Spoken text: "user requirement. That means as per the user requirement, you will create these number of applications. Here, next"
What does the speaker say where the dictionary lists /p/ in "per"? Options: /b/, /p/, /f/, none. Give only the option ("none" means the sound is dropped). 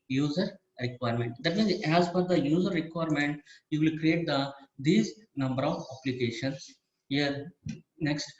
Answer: /f/